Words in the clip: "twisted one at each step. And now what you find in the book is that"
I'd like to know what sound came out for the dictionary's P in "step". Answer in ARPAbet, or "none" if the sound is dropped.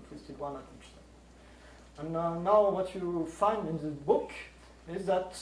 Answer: none